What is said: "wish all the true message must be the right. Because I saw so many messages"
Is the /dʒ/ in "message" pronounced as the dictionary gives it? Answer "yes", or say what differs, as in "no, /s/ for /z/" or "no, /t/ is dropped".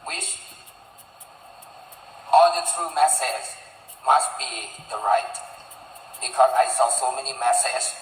no, /z/ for /dʒ/